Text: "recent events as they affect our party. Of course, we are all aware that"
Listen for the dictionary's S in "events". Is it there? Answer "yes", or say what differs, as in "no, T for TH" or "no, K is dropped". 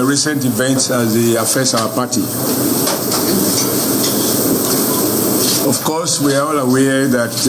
yes